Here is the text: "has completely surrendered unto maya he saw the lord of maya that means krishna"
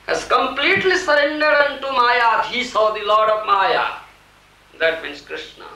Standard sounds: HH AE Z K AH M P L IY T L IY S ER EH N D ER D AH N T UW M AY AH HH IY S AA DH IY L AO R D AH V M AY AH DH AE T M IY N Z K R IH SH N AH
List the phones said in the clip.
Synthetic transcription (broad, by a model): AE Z K AH M P L IY T L IY S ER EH N D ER D AH N T UW M AY AH HH IY S AA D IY L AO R D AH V M AY AH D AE T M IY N S K R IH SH N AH